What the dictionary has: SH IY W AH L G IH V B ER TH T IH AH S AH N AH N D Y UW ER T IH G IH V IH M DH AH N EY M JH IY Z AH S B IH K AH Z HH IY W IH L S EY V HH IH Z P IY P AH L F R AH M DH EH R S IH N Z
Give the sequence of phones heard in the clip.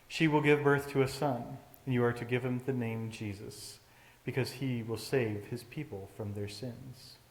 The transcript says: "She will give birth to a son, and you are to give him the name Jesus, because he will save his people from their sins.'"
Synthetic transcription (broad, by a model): SH IY W AH L G IH V B ER TH T IH AH S AH N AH N Y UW ER T IH G IH V IH M DH AH N EY M JH IY Z AH S B IH K AH Z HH IY W IH L S EY V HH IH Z P IY P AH L F R AH M DH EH R S IH N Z